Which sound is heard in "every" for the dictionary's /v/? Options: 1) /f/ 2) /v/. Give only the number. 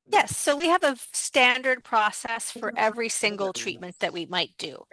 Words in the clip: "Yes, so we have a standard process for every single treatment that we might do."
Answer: 2